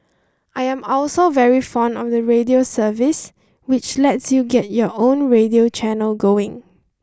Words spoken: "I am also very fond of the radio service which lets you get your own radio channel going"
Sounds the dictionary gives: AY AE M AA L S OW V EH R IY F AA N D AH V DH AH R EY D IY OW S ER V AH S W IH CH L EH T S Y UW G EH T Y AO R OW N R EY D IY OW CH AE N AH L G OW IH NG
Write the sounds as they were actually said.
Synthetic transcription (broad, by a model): AY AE M AA L S OW V EH R IY F AA N D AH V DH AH R EY D IY OW S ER V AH S W IH CH L EH T S Y UW G EH T Y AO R OW N R EY D IY OW CH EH N AH L G OW IH NG